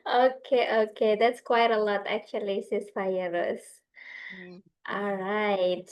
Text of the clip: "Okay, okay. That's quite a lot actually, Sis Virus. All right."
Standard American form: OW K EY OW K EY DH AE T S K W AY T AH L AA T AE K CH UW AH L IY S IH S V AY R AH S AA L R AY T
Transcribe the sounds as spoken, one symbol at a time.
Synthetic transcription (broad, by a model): OW K EY OW K EY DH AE T S K W AY T AH L AA T AE K CH UW AH L IY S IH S F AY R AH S AA L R AY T